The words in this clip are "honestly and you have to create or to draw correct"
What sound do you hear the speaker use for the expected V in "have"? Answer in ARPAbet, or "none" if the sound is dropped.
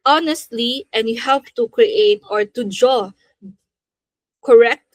P